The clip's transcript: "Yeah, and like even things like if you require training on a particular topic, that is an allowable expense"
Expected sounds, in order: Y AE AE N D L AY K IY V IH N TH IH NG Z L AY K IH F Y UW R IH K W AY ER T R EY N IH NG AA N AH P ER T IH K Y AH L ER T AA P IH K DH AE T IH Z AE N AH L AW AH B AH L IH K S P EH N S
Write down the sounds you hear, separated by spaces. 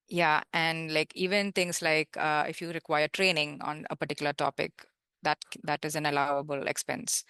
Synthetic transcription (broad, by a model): Y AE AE N D L AY K IY V IH N T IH NG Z L AY K IH F Y UW R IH K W AY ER T R EY N IH NG AA N AH P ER T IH K Y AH L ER T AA P IH K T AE T IH Z AE N AH L AW AH B AH L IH K S P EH N S